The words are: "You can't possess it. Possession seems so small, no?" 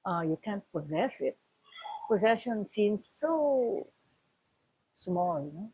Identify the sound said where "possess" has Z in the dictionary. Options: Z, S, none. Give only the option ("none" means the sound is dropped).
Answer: Z